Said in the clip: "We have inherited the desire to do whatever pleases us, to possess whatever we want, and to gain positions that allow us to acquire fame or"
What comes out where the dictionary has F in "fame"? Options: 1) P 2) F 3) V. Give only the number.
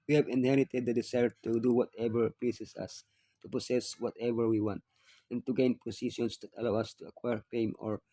1